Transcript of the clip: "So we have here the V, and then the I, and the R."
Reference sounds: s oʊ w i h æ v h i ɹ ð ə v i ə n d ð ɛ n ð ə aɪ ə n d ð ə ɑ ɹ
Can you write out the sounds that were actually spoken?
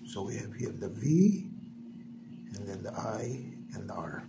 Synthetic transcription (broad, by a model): s oʊ w i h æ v h i ɹ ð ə v i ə n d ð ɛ n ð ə aɪ ə n d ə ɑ ɹ